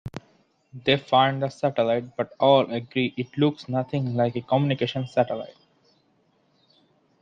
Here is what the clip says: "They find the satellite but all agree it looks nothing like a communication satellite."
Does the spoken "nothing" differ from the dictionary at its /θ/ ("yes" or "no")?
yes